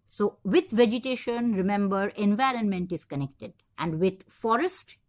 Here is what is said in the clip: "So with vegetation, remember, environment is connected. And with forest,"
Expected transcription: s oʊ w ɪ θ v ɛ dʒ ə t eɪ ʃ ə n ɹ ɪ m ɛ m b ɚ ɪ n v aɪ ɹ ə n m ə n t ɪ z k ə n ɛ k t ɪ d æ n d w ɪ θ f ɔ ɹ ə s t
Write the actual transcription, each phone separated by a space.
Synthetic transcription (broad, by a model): s oʊ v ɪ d v ɛ dʒ ə t eɪ ʃ ə n ɹ ɪ m ɛ m b ɚ ɪ n v aɪ ɹ ə n m ə n t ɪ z k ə n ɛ k t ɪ d æ n d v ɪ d f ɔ ɹ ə s t